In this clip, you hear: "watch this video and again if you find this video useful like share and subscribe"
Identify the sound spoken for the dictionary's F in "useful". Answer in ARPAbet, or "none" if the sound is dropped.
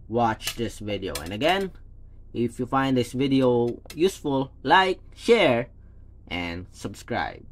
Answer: F